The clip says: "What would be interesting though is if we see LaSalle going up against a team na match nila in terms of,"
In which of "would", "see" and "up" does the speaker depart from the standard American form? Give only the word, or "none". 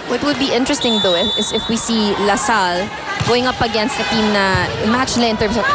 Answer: none